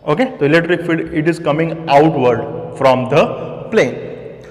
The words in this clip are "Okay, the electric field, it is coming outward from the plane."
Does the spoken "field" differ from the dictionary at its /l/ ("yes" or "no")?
yes